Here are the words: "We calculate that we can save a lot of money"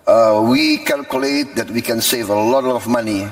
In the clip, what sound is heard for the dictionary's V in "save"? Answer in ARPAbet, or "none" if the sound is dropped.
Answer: V